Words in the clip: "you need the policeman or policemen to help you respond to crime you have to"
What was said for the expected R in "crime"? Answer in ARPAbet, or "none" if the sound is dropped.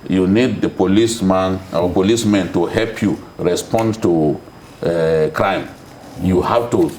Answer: R